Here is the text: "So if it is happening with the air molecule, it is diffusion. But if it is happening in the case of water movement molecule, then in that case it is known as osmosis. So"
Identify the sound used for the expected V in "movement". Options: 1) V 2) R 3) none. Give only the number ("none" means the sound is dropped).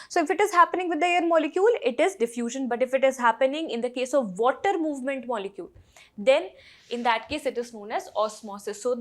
1